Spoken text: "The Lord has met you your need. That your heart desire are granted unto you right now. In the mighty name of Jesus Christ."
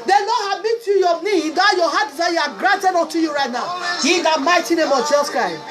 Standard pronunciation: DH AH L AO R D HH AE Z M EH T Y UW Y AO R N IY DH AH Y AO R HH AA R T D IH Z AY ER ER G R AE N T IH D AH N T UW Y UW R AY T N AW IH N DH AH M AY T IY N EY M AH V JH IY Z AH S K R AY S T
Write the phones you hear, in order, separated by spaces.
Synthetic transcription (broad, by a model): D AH N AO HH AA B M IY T Y UW Y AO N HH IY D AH Y AO HH AA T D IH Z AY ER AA G R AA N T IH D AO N T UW Y UW R AY T N AW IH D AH M AY T IY N EY M AH V JH IY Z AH S K R AY S T